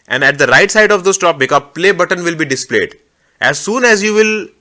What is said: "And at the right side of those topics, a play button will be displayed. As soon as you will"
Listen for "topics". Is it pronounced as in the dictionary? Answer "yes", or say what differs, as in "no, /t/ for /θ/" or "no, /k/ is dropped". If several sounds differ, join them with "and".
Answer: no, /s/ is dropped